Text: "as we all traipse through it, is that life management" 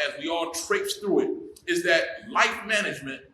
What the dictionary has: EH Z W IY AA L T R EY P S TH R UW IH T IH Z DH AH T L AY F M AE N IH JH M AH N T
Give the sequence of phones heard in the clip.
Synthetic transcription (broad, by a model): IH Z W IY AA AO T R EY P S TH R UW IH T IH Z DH AH T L AY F M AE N IH JH M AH N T